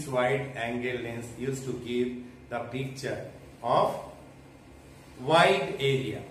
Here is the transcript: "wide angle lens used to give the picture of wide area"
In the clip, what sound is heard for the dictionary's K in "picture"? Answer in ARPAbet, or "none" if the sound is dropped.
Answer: K